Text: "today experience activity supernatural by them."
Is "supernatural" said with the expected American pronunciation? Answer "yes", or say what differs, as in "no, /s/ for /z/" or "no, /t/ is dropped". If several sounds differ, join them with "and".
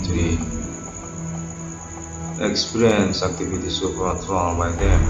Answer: no, /n/ is dropped